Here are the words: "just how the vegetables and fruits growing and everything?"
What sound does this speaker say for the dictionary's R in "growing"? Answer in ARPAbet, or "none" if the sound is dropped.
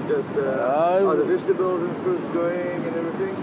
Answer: none